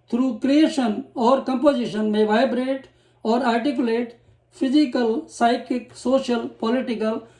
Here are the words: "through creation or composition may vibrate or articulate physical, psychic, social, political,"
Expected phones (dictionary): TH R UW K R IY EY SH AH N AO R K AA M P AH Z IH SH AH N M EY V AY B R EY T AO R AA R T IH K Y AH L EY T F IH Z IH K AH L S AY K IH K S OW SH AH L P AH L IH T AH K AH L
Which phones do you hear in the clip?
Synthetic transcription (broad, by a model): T R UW K R IY EY SH AH N AO R K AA M P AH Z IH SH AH N M EY V AY B R EY T AO R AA R T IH K Y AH L EY T P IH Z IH K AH L S AY K IH K S OW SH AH L P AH L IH T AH K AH L